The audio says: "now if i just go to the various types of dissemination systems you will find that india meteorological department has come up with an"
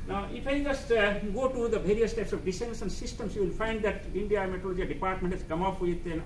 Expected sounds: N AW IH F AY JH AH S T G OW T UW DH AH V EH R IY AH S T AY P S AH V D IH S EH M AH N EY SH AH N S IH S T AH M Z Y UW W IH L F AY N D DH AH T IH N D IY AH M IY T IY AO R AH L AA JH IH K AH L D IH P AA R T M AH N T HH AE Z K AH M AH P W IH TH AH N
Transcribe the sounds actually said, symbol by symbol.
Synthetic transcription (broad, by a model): N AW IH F AY JH AH S T G OW T UW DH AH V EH R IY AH S T AY P S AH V D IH S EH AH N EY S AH N S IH S T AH M S Y UW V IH L F AY N D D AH T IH N D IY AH M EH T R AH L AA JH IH AH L D IH P AA R T M AH N T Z K AH M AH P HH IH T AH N